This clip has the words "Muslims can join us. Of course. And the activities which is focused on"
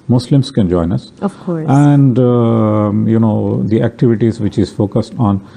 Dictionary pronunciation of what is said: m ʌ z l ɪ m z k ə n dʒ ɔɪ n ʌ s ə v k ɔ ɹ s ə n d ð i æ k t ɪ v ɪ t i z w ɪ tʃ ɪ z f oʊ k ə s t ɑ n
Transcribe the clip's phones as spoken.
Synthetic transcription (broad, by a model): m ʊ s l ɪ m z k ə n dʒ ɔɪ n ʌ s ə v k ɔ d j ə n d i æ k t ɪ v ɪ t i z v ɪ tʃ ɪ z f oʊ k ə s t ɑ n